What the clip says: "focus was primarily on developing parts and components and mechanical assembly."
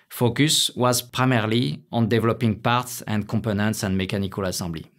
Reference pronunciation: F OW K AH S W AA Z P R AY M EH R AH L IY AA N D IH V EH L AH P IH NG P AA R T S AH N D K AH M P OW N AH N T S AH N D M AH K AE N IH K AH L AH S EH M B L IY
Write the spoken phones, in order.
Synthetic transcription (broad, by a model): F OW K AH S W AA Z P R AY M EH R L IY AA N D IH V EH L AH P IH NG P AA R T S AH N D K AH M P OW N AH N T S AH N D M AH K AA N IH K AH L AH S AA B L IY